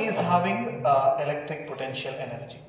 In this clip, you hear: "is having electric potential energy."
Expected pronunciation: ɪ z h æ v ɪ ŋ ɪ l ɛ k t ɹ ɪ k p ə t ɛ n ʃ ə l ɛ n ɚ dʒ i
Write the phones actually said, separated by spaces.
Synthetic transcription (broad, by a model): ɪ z h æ v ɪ ŋ ɪ l ɛ k t ɹ ɪ k p ə t ɛ n ʃ ə l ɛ n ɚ dʒ i